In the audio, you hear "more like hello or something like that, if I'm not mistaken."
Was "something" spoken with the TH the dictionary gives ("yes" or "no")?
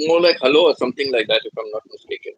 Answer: no